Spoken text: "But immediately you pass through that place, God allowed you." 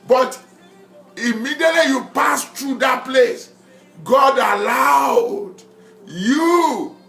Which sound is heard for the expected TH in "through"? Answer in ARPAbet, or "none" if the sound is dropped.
T